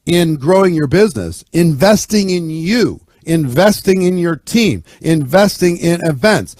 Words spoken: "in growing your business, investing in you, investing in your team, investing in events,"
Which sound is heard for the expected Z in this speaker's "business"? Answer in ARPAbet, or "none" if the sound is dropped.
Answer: Z